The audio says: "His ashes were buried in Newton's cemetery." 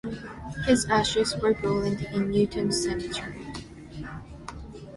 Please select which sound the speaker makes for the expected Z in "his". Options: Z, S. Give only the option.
Z